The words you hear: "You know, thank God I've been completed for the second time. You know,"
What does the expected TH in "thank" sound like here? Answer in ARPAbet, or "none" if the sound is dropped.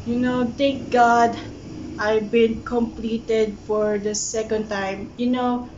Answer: T